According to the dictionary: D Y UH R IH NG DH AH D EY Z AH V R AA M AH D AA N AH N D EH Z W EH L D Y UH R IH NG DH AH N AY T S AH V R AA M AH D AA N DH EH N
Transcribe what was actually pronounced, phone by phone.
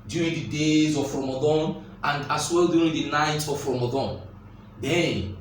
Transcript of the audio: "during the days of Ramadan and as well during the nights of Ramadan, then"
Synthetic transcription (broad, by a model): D Y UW R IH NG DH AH D EY Z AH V R AA M AH D AA N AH N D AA S W EH L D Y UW R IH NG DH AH N AY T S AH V R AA M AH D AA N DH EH N